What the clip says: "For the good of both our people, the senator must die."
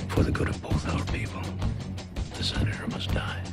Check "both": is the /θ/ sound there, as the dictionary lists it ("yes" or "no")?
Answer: yes